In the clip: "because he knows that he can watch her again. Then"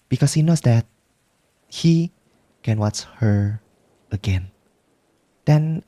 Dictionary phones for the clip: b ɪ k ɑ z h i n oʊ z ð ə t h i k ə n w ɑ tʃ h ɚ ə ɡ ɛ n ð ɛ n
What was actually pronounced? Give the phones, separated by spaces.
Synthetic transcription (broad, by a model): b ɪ k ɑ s h i n oʊ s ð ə t h i k ə n w ɑ tʃ h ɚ ə ɡ ɛ n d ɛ n